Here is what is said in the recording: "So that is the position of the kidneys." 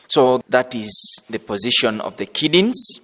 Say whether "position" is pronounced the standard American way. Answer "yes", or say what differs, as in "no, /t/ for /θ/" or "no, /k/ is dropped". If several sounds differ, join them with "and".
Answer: yes